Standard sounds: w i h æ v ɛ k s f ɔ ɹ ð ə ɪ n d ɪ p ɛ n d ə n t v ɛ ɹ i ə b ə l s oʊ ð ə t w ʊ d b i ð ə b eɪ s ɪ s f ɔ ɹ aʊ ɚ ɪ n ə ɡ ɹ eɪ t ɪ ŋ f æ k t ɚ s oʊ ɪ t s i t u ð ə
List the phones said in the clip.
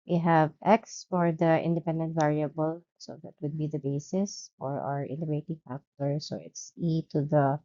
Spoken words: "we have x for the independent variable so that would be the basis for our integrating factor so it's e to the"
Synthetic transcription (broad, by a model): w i h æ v ɛ k s f ɔ ɹ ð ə ɪ n d ɪ p ɛ n d ə n t v ɛ ɹ i ə b ə l s oʊ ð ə t w ʊ d b i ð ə b eɪ s ɪ s f ɔ ɹ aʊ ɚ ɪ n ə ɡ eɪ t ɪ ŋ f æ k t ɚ s oʊ ɪ t s i t u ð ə